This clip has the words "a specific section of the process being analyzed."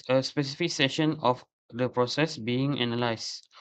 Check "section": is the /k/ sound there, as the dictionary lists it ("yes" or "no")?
no